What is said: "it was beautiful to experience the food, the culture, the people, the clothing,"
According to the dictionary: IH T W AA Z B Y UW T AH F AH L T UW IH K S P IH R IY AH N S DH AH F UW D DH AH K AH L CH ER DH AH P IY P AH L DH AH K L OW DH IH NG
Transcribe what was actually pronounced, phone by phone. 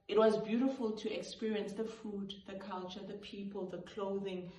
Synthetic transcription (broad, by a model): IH T W AA Z B Y UW T AH F AH L T UW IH K S P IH R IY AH N S DH AH F UW D DH AH K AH L CH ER DH AH P IY P AH L DH AH K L OW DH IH NG